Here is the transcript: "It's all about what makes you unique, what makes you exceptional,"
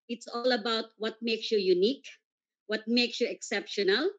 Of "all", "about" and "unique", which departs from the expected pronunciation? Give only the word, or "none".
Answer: none